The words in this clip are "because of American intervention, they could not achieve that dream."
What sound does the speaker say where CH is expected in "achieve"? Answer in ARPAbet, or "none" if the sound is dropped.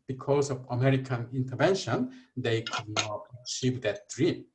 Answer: S